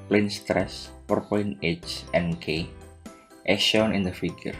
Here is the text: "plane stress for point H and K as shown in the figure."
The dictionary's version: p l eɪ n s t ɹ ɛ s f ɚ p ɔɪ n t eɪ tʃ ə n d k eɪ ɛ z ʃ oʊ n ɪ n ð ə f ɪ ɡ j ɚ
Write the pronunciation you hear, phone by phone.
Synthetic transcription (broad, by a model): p l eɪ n s t ɹ ɛ s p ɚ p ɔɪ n eɪ tʃ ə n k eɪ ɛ ʃ oʊ n ɪ n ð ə f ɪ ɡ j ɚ